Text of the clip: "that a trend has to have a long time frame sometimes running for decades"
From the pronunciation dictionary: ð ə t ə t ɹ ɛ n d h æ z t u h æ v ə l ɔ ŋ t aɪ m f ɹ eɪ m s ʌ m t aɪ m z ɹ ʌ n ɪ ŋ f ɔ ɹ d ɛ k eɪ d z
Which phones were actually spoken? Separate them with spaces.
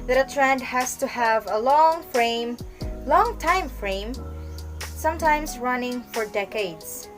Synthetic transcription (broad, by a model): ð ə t ə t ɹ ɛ n d h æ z t u h æ v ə l ɔ ŋ t aɪ m f ɹ eɪ m s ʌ m t aɪ m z ɹ ʌ n ɪ ŋ f ɔ ɹ d ɛ k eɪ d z